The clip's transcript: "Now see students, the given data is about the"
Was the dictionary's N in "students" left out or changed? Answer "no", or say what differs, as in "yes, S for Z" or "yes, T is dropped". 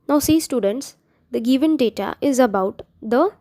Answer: no